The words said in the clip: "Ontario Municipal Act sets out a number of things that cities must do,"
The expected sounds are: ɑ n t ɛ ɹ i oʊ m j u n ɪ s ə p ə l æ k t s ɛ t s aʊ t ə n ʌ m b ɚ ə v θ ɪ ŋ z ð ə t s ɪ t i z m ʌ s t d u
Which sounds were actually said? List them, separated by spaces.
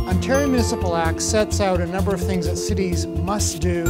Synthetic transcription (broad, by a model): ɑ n t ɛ ɹ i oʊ m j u n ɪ s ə p l æ k t s ɛ t s aʊ t ə n ʌ m b ɚ ə v θ ɪ ŋ z ð ə t s ɪ t i z m ʌ s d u